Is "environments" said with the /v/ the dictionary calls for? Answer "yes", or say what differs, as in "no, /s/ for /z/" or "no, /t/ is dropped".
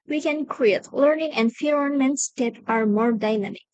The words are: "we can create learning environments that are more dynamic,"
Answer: no, /f/ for /v/